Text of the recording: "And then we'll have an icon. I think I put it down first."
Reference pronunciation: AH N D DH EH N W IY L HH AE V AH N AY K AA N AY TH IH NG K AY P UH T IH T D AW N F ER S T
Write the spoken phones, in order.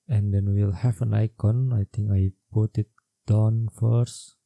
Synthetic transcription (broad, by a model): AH N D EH N W IY L HH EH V AH N AY K AA N AY T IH NG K AY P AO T IH T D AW N F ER S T